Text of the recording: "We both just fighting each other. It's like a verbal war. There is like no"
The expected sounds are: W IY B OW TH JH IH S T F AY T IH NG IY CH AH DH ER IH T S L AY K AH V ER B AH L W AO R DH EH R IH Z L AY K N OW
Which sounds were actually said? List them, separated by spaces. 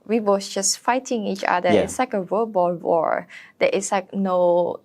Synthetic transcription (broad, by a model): W IY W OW S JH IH S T F AY T IH NG IY CH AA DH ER IH T S L AY K AH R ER B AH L W AO R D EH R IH S L AY K N OW